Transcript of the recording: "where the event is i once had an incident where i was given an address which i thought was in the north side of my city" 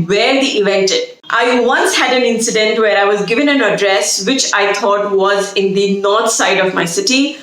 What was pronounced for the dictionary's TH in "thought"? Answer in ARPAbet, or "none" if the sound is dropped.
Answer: T